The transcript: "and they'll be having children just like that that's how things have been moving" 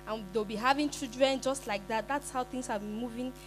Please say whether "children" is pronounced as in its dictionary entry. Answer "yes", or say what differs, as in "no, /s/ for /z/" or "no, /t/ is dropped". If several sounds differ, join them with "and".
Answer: no, /l/ is dropped